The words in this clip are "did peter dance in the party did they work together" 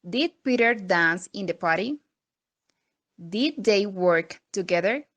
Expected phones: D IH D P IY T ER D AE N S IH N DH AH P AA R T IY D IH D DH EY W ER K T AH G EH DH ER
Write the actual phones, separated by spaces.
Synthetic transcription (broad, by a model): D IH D P IY T ER D AE N S IH N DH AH P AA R T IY D IH D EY W ER K T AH G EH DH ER